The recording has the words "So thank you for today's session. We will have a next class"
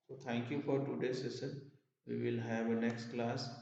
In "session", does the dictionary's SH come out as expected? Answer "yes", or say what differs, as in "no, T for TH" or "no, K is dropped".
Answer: no, S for SH